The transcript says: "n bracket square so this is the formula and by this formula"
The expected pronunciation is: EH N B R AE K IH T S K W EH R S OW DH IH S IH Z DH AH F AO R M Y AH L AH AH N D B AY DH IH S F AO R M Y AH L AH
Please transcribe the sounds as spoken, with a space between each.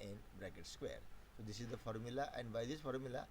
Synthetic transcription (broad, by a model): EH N B R AE K IH T S K W EH R S OW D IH S IH Z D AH F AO R M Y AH L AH AH N D B AY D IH S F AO R M Y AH L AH